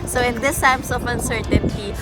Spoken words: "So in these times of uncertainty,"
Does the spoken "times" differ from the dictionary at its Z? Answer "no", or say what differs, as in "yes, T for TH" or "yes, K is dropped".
yes, S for Z